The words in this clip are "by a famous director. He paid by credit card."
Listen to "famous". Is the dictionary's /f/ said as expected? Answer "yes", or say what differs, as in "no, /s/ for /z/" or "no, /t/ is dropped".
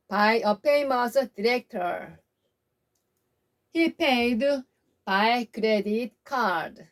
no, /p/ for /f/